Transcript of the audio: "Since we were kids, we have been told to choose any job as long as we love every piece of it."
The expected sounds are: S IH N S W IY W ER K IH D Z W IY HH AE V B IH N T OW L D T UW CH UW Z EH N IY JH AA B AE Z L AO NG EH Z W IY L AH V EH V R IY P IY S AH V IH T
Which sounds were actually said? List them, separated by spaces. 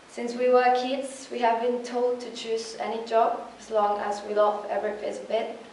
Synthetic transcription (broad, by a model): S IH N S W IY W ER K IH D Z W IY HH AE V B IH N T OW L D T UW CH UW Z EH N IY JH AA B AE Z L AO NG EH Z W IY L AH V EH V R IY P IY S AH B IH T